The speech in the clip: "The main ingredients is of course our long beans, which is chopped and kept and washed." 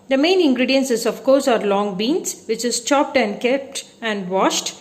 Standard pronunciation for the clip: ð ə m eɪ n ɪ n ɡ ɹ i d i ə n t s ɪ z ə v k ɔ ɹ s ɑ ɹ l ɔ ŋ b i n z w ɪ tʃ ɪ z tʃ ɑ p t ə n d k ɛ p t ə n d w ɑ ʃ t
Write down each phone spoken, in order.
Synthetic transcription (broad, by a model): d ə m eɪ n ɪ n ɡ ɹ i d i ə n s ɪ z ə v k ɔ ɹ s ɑ ɹ l ɔ ŋ b i n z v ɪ tʃ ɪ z tʃ ɑ p t ə n d k ɛ p t ə n d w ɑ ʃ t